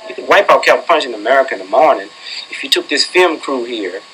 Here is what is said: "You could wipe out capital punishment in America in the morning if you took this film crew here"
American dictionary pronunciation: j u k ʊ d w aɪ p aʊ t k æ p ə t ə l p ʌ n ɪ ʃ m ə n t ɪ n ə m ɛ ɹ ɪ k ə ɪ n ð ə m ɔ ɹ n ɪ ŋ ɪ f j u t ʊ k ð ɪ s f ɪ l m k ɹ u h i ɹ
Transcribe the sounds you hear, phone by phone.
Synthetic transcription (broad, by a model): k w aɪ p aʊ k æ ə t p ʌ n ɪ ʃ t ɪ n ə m ɛ ɹ ɪ k ə ɪ n ð ə m ɔ ɹ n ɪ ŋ ɪ f j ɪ t ʊ k ð ɪ s f ɪ l m k ɹ u h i ɹ